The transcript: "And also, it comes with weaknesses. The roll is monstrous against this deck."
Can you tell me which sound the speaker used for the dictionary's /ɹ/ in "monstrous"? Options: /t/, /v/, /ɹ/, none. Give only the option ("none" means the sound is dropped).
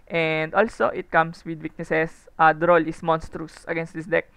/ɹ/